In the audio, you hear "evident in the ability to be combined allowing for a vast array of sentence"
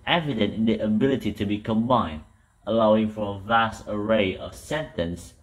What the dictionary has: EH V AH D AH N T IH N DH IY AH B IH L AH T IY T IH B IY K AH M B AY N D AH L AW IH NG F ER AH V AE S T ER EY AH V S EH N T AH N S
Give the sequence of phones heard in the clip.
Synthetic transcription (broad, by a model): EH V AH D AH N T IH N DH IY AH B IH L AH T IY T IH B IY K AH M B AY N D AH L AW IH NG F ER AH V AE S T ER EY AH V S EH N T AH N S